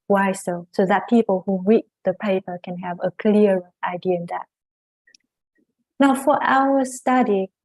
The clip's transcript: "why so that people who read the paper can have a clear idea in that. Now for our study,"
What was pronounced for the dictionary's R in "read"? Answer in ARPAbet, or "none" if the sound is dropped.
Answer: W